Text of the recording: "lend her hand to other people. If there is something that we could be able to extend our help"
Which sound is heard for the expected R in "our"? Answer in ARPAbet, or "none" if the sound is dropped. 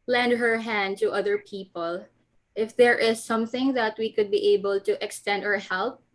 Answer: R